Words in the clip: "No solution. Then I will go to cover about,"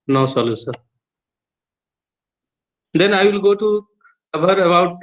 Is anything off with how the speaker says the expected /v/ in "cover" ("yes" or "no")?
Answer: yes